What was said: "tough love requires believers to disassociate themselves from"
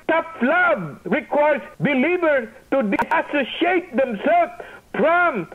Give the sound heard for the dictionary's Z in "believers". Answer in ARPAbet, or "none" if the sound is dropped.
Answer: none